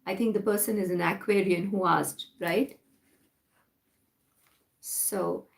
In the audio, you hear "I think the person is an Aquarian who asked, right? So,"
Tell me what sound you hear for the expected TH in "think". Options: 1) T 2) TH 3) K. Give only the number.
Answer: 1